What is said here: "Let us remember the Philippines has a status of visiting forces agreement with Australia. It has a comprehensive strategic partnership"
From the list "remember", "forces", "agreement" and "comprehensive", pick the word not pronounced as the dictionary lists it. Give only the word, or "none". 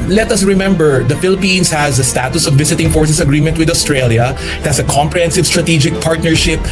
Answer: forces